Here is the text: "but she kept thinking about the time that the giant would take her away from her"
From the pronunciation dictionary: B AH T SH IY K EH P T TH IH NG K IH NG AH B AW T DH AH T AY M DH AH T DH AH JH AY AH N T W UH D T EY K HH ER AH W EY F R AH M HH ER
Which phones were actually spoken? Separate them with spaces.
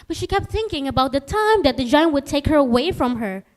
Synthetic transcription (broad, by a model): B AH T SH IY K EH P T TH IH NG K IH NG AH B AW T DH AH T AY M DH AH T DH AH JH AY AH N T W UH D T EY K HH ER AH W EY F R AH M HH ER